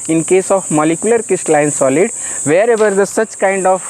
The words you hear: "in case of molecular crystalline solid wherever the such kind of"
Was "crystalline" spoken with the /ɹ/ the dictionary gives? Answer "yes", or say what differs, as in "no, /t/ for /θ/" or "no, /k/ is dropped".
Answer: no, /ɹ/ is dropped